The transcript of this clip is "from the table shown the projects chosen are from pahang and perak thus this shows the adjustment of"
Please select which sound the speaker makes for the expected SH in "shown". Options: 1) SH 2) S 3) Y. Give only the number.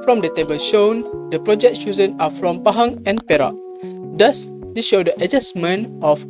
1